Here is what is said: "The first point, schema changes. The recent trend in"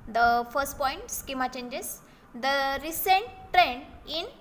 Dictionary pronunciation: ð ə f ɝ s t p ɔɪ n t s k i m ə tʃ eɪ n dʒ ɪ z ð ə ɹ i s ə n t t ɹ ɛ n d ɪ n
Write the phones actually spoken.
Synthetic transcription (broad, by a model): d ə f ɝ s t p ɔɪ n t s k i m ə tʃ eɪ n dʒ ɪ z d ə ɹ i s ə n t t ɹ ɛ n ɪ n